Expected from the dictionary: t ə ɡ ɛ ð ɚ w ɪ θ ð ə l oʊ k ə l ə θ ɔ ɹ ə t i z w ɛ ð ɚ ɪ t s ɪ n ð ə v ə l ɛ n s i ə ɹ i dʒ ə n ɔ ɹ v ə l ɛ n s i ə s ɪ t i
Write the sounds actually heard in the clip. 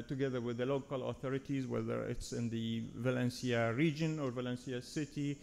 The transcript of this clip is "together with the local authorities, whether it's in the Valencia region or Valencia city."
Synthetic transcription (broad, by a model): t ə ɡ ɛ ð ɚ w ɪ ð ə l oʊ k ə l ə θ ɔ ɹ ə t i z w ɛ ð ɚ ɪ t s ɪ n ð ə v ə l ɛ n s i ə ɹ i dʒ ə n ɔ ɹ v ə l ɛ n s i ə s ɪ t i